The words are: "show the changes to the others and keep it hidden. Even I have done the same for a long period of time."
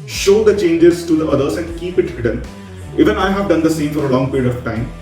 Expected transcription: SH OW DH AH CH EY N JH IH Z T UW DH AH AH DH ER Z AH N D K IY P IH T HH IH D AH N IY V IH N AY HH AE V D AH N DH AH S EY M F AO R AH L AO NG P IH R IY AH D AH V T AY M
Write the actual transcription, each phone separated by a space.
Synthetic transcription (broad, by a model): SH OW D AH CH EY N JH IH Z T UW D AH AH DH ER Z AH N D K IY P IH T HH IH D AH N IY V IH N AY HH AE V D AH N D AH S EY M F AO R AH L AO NG P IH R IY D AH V T AY M